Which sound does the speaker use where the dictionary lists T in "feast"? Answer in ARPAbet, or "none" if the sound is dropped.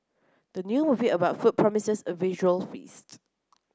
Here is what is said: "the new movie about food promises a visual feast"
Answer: T